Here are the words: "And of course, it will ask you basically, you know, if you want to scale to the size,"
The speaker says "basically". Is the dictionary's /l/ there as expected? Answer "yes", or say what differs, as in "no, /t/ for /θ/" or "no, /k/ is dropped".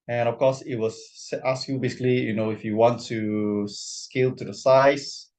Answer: yes